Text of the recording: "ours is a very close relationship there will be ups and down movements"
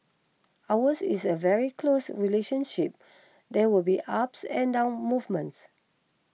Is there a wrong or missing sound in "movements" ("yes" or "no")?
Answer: no